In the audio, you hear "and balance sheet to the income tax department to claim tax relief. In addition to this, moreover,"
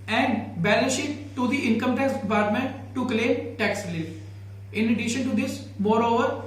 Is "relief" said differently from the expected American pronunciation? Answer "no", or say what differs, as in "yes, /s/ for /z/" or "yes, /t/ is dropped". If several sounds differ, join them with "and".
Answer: yes, /l/ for /ɹ/ and /f/ is dropped